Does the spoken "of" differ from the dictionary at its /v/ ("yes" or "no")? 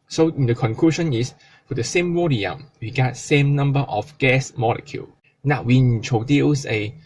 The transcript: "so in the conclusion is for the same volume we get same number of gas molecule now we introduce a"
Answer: yes